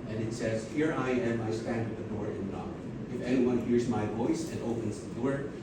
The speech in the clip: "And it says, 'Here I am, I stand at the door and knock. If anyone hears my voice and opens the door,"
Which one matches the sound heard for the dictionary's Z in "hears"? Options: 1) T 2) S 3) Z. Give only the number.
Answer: 3